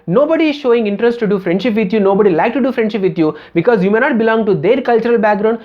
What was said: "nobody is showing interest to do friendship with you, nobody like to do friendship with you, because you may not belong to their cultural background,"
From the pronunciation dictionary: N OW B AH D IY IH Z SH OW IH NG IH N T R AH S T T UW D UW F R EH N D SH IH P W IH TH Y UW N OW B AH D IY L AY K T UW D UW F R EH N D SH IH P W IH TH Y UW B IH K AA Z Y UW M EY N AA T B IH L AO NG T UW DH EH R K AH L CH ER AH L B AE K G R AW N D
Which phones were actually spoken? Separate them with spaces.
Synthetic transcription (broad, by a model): N OW B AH D IY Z SH OW IH NG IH N T R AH S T T UW D UW F R EH N D SH IH P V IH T Y UW N OW B AH D IY L AY K T UW D UW F R EH N D SH IH P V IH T Y UW B IH K AA Z Y UW M EY N AA T B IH L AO NG T UW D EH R K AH L CH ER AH L B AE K G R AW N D